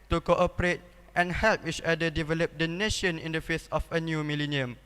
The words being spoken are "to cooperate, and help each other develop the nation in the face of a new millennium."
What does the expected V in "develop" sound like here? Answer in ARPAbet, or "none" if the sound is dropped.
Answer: V